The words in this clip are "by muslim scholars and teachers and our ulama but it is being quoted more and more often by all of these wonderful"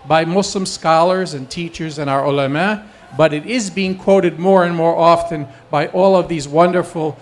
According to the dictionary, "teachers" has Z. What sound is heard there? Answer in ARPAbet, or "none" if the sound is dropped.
Z